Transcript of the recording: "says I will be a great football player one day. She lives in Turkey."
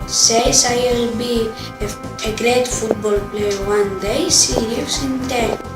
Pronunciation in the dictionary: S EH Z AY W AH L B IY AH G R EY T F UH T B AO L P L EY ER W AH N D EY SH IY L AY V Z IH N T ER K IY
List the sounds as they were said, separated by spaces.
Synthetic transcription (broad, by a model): S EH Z AY W AH L B IY AH G R EY T F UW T B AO L P L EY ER W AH N D EY S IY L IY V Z IH N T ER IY